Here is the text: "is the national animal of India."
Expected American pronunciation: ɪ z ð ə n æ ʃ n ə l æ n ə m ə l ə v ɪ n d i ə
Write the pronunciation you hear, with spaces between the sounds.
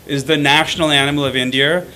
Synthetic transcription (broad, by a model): ɪ z ð ə n æ ʃ n l æ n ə m l ə v ɪ n d i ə